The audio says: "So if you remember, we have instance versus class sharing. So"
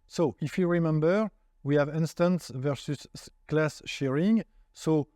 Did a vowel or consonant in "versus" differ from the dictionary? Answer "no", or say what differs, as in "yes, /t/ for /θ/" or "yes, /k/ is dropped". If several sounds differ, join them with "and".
no